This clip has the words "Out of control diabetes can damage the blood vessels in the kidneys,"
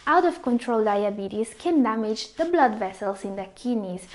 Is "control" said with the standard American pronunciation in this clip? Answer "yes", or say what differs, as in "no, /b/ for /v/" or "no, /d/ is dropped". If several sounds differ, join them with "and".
yes